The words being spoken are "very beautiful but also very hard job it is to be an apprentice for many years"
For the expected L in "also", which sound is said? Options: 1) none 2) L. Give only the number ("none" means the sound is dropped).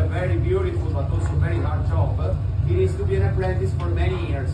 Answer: 1